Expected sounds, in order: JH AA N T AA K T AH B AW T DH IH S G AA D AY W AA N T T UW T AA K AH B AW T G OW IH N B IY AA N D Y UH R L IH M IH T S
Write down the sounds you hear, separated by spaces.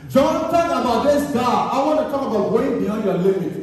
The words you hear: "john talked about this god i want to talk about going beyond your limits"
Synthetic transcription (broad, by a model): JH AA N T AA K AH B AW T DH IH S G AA AY W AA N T T UW T AA K AH B AW T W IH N B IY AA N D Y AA L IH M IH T